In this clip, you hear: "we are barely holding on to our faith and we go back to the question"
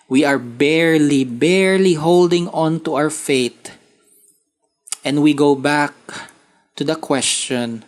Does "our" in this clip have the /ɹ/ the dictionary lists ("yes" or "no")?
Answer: no